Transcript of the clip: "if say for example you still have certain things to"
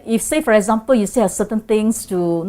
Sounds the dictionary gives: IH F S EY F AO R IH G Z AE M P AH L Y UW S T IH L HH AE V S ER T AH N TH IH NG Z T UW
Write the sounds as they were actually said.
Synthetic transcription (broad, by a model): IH F S EY F AO R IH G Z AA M P AH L Y UW S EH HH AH S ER T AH N T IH NG S T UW